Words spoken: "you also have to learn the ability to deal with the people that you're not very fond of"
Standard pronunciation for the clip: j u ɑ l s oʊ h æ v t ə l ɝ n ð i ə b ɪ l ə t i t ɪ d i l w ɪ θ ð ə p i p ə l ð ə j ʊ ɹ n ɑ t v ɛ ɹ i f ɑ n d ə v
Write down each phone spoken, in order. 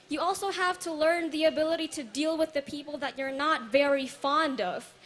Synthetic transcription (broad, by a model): j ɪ ɑ l s oʊ h æ v t ə l ɝ n ð i ə b ɪ l ə t i t ɪ d i l w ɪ ð ə p i p l ð ə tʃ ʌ ɹ n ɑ t v ɛ ɹ i f ɑ n d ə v